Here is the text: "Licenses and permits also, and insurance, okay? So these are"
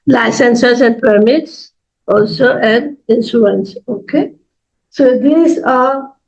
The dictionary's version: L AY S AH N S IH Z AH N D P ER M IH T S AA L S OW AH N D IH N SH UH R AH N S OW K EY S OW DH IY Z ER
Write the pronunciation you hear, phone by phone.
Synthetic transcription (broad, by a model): L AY S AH N S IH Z AH N D P ER M IH T S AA L S OW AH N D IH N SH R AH N S OW K EY S OW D IY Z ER